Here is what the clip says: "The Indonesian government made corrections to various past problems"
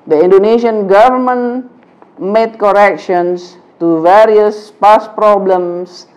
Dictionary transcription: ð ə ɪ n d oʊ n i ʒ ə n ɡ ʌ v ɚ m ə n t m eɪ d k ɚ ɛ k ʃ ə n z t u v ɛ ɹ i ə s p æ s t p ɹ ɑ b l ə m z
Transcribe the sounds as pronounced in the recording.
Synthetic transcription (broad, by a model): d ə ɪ n d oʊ n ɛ ʃ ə n ɡ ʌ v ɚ m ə n m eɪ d k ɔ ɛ k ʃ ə n s t u v ɛ ɹ i ə s p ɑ s p ɹ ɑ b l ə m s